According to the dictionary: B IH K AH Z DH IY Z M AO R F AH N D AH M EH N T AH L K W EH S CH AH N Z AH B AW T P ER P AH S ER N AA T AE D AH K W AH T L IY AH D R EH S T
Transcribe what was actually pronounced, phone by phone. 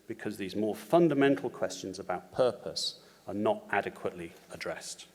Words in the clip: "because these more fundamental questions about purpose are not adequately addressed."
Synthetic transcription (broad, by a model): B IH K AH Z DH IY Z M AO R F AH N D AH M EH N T L K W EH S CH AH N Z AH B AW T P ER P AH S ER N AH T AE D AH K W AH T L IY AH D R EH S T